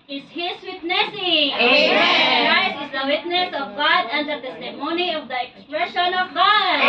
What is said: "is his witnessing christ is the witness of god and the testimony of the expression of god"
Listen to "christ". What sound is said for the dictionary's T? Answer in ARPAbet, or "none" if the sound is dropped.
none